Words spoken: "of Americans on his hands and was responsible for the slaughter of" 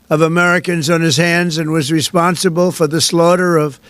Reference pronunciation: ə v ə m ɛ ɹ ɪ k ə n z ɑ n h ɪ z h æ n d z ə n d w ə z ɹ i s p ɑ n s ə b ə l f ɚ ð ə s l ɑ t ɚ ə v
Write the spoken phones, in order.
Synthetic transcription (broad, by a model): ə v ə m ɛ ɹ ɪ k ə n z n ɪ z h æ n d z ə n w ə z ɹ i s p ɑ n s ə b ə l f ɚ ð ə s l ɑ t ɚ ə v